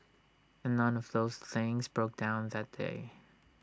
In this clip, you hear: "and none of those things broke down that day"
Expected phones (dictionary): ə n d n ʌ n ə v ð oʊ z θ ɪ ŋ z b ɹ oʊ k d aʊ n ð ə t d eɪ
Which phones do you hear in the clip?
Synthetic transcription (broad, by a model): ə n n ʌ n ə v ð oʊ z θ ɪ ŋ z b ɹ oʊ k d aʊ n ð ə t d eɪ